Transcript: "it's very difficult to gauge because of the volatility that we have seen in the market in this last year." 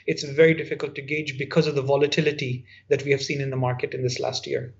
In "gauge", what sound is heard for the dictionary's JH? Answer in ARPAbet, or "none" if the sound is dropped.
JH